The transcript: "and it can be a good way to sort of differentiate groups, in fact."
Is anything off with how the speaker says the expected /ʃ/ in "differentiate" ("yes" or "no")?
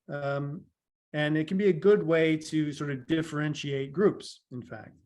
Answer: no